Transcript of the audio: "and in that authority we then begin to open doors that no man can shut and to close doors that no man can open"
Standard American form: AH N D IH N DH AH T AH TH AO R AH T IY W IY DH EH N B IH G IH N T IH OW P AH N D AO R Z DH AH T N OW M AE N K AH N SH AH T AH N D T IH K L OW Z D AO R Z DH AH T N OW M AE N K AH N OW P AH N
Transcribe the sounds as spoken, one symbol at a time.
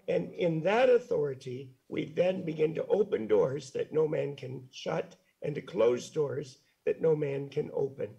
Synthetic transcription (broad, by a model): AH N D IH N DH AH T AH TH AO R AH T IY W IY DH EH N B IH G IH N T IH OW P AH N D AO R Z DH AH T N OW M AE N K AH N SH AH T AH N T IH K L OW Z D AO R Z DH AH T N OW M AE N K AH N OW P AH N